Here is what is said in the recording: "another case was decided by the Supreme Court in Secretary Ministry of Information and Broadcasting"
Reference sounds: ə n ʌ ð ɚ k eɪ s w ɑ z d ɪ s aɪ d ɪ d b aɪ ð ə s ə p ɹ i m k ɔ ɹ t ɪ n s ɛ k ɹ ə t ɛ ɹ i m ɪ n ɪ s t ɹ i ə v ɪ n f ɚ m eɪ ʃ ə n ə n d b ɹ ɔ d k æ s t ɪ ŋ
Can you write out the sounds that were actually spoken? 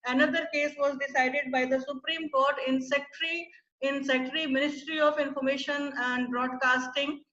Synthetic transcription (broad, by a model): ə n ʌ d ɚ k eɪ s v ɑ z d ɪ s aɪ d ɪ d b aɪ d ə s ə p ɹ i m k ɔ ɹ t ɪ n s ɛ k ɹ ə s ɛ ɹ i m ɪ n ɪ s t ɹ i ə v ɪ n f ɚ m eɪ ʃ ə n ə n d b ɹ ɔ d k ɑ s t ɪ ŋ